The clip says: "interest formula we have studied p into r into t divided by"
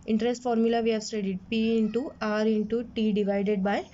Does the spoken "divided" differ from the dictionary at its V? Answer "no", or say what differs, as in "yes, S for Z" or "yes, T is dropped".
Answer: no